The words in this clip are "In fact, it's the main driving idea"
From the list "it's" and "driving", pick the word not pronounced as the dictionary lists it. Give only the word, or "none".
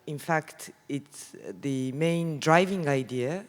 none